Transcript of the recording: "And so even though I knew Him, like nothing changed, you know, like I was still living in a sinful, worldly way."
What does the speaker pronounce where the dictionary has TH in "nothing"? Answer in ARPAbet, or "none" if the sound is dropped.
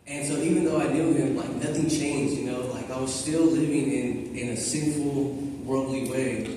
TH